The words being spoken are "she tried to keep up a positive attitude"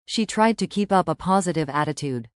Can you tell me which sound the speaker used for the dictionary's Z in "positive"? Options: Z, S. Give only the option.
Z